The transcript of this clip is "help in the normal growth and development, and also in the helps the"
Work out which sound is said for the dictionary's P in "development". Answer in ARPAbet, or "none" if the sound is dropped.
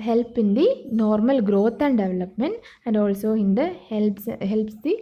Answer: P